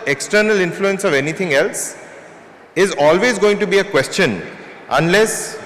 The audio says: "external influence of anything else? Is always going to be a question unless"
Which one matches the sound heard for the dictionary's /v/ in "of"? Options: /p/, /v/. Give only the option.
/v/